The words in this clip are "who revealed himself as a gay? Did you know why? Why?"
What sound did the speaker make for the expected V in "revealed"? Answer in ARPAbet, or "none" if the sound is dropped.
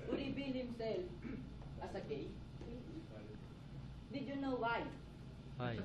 B